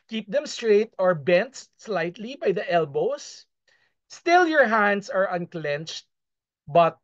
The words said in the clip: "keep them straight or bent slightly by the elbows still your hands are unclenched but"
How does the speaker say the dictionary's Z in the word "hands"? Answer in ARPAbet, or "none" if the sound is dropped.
S